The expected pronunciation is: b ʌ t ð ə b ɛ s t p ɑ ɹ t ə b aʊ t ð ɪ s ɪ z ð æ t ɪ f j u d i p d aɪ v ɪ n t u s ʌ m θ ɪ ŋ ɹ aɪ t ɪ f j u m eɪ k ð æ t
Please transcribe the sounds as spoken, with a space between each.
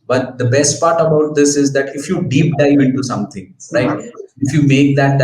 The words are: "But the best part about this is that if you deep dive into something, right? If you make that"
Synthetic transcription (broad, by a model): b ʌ t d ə b ɛ s t p ɑ ɹ t ə b aʊ t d ɪ s ɪ z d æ t ɪ f j u d i p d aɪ ɪ n t u s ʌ m t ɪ ŋ ɹ aɪ t ɪ f j u m eɪ k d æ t